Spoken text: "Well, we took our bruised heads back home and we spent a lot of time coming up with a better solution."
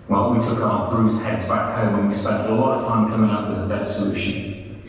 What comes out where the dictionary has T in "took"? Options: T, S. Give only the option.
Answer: T